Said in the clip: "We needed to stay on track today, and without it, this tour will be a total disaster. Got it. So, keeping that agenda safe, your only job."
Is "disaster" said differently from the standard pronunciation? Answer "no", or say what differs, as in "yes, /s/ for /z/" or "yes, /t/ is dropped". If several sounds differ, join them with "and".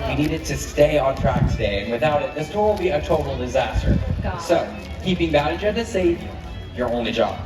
no